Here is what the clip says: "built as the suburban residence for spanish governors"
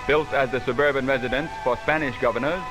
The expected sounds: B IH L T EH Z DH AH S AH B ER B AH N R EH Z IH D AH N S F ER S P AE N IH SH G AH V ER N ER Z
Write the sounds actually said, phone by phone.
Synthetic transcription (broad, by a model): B IH L T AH Z DH AH S AH B ER B AH N R EH Z IH D AH N S F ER S P AE N IH SH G AH V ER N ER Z